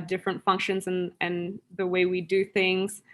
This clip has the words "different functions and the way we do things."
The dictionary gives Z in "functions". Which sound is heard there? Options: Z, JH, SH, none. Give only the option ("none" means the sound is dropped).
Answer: Z